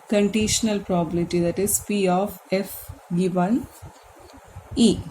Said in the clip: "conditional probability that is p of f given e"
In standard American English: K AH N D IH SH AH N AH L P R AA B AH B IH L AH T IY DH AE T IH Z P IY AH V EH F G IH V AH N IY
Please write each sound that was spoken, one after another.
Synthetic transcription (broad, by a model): K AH N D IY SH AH N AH L P R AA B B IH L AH T IY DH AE T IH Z P IY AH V EH F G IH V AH N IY